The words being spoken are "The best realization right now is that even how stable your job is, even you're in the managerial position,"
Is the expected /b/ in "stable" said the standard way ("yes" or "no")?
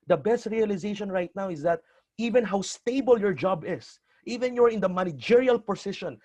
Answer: yes